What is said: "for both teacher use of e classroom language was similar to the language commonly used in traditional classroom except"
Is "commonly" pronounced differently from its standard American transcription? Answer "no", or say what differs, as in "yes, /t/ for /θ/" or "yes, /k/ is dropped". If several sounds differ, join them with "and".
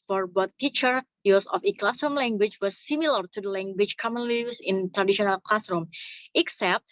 no